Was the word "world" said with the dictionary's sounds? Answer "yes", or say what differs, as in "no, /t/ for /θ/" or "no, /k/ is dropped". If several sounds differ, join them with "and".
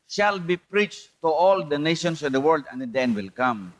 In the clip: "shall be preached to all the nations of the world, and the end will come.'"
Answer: yes